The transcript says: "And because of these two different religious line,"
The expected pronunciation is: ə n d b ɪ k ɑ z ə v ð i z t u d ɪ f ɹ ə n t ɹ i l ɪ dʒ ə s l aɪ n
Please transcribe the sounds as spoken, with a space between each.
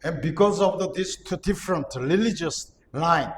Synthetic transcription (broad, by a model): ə n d b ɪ k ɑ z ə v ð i s t u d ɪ f ɹ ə n t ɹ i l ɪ dʒ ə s l aɪ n